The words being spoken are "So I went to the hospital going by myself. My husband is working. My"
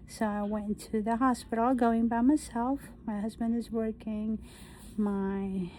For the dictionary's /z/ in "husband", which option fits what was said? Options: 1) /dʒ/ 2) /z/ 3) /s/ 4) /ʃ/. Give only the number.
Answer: 2